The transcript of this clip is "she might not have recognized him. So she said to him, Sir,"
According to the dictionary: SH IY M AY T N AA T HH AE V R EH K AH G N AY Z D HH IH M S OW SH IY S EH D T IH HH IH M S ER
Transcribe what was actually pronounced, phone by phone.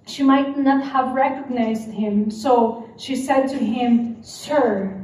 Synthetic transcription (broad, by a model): SH IY M AY T N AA T HH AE V R EH K AH G N AY Z D HH IH M S OW SH IY S EH D T IH HH IH M S ER